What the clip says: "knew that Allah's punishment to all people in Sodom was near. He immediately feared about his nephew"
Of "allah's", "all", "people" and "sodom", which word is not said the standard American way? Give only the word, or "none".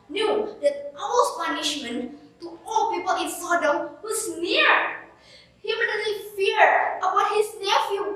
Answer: allah's